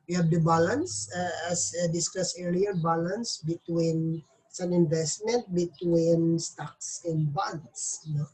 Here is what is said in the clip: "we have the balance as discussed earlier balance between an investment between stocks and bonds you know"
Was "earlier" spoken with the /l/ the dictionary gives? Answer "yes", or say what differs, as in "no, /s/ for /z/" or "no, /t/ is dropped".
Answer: no, /l/ is dropped